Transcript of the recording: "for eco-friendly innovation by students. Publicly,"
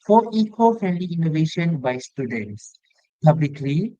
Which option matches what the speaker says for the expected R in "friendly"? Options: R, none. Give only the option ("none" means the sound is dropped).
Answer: none